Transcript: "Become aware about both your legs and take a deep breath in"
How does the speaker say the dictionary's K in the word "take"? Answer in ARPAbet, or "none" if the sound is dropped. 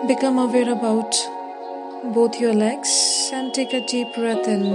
K